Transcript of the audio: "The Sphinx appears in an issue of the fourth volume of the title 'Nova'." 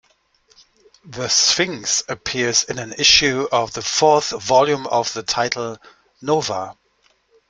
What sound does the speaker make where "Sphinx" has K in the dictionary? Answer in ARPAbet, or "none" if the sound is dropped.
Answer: none